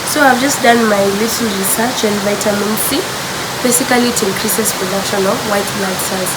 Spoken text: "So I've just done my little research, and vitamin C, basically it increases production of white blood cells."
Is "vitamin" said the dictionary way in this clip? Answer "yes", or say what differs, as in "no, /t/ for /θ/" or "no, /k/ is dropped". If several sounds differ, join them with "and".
yes